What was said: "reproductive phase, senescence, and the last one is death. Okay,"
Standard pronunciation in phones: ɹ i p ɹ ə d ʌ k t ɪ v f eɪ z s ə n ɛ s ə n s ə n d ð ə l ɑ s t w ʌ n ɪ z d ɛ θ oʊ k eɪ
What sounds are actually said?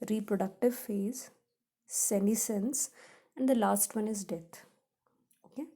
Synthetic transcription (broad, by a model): ɹ i p ɹ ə d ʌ k t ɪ v f eɪ z s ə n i s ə n s ə n d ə l ɑ s t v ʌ n ɪ z d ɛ t oʊ k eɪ